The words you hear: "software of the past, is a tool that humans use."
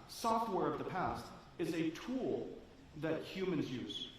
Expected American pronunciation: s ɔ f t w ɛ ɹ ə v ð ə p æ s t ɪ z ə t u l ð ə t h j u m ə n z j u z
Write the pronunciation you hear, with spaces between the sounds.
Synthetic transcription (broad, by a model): s ɔ f t w ɛ ɹ ə v ð ə p æ s t ɪ z ə t u l ð ə t h j u m ə n z j u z